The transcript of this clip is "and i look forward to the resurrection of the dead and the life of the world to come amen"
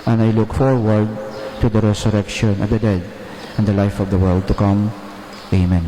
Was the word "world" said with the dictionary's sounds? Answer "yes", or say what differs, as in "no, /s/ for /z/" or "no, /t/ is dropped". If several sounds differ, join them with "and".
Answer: yes